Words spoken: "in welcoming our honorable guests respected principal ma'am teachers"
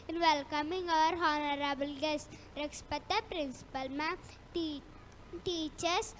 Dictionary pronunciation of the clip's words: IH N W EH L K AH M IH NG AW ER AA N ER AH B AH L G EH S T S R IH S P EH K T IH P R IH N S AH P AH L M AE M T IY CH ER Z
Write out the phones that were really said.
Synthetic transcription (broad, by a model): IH N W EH L K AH M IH NG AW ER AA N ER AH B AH L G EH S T R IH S P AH T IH P R IH N S AH P AH L M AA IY T IY CH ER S